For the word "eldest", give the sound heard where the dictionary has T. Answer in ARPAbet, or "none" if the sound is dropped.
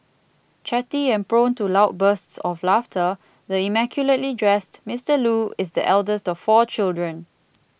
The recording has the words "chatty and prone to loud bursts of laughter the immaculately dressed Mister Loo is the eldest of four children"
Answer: T